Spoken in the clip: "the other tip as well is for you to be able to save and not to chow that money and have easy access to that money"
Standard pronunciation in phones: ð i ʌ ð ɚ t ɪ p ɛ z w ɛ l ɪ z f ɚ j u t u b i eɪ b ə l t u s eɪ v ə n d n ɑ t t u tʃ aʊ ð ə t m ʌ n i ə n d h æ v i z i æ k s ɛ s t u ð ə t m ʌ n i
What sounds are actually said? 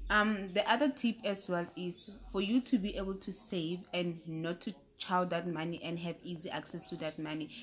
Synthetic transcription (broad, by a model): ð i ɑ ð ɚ t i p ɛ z w ɛ l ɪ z f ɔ j u t u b i eɪ b ə l t u s eɪ v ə n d n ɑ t t u tʃ aʊ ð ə t m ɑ n i ə n d h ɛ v i z i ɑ k s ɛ s t u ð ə t m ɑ n i